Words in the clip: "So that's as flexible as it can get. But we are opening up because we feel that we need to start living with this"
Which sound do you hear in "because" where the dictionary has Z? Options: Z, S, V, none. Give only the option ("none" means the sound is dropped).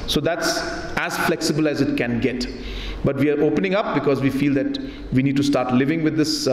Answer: Z